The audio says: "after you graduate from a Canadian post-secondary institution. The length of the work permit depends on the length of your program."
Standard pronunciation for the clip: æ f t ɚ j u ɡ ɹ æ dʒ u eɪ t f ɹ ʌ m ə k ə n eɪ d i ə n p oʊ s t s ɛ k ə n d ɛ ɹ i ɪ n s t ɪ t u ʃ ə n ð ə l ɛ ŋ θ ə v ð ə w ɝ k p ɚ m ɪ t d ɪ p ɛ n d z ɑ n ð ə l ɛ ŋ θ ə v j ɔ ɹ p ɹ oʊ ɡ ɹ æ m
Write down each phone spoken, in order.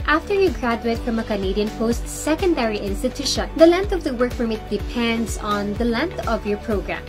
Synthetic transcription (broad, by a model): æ f t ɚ j u ɡ ɹ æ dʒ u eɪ t f ɹ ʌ m ə k ə n eɪ d i ə n p oʊ s t s ɛ k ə n d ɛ ɹ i ɪ n s t ɪ t u ʃ ə n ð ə l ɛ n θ ə v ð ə w ɝ k f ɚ m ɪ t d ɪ p ɛ n d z ɑ n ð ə l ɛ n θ ə v j ɔ ɹ p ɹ oʊ ɡ ɹ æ m